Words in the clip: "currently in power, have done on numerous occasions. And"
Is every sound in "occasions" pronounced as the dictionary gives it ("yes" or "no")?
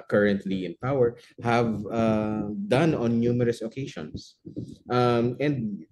no